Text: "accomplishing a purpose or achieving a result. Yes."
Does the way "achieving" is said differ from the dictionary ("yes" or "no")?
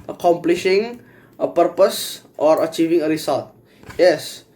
no